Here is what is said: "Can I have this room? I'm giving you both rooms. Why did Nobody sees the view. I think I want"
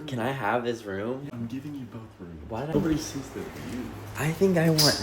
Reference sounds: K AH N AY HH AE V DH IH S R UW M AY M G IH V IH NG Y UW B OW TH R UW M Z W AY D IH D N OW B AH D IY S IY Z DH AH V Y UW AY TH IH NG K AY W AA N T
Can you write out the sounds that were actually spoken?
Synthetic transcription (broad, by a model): K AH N AY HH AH V DH IH S R UW M AY M G IH V IH NG Y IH B OW TH R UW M W AY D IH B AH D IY S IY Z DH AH F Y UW AY TH IH NG K AY W AA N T